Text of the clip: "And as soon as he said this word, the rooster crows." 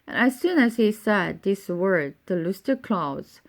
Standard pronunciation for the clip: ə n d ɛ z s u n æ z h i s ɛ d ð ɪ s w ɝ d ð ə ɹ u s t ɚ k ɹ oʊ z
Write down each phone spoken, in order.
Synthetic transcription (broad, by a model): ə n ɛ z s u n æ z h i s ɛ d ð ɪ s w ɝ d ð ə l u s t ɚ k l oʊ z